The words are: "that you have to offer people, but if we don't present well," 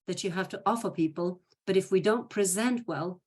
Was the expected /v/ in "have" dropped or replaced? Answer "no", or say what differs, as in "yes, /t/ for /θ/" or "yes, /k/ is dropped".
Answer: yes, /f/ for /v/